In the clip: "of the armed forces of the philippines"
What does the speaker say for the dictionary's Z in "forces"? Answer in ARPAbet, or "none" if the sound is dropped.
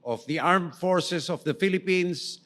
S